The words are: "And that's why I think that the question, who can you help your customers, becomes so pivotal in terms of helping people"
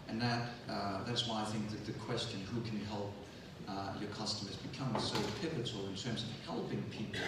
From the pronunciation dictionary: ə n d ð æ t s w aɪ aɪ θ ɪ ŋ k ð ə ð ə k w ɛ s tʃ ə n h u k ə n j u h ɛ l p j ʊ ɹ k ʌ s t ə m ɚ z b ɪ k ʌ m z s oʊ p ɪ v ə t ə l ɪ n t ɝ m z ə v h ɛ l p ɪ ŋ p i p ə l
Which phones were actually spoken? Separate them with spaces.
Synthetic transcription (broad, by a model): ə n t ð æ t s w aɪ aɪ θ ɪ ŋ k ð ə ð ə k w ɛ s tʃ ə n h u k n h ɛ l p j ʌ ɹ k ʌ s t ə m ɚ z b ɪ k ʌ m s oʊ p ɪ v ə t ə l ɪ n t ɝ m z ə v h ɛ l p ɪ ŋ p i p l